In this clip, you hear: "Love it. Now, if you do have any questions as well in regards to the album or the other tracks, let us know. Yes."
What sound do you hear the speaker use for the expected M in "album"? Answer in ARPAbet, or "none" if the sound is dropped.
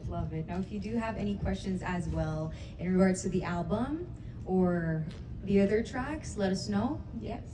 M